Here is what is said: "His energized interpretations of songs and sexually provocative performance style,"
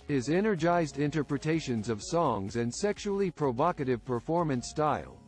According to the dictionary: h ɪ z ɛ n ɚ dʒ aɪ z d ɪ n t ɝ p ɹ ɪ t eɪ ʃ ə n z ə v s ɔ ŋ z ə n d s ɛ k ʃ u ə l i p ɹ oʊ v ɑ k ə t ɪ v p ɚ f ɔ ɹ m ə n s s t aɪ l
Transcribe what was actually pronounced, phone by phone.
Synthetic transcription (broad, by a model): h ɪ z ɛ n ɚ dʒ aɪ z d ɪ n t ɝ p ɹ ɪ t eɪ ʃ ə n z ə v s ɔ ŋ z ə n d s ɛ k ʃ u l i p ɹ oʊ v ɑ k ə t ɪ v p ɚ f ɔ ɹ m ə n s s t aɪ l